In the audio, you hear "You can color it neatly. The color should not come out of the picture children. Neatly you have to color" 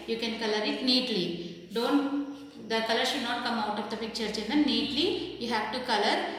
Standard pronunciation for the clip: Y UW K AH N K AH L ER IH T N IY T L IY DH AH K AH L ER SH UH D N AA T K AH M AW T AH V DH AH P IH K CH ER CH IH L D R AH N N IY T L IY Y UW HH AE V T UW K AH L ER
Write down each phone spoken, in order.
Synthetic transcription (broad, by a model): Y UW K AH N K AH L ER IH T N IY T L IY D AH K AH L ER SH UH D N AA T K AH M AW T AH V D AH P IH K CH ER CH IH N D AH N N IY T L IY Y UW HH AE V T UW K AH L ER